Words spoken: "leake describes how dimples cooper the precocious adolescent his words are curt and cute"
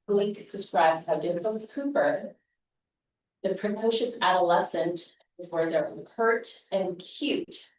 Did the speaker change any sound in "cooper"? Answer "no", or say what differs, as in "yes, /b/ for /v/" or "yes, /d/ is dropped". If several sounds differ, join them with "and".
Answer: no